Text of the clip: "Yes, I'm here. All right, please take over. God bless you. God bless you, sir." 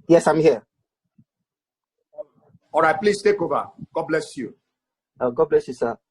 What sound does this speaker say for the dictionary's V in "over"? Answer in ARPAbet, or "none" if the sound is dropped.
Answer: B